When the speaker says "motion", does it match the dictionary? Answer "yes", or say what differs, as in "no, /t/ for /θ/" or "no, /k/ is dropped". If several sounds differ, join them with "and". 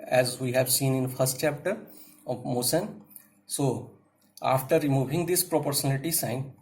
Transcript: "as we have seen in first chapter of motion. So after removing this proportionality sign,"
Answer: no, /s/ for /ʃ/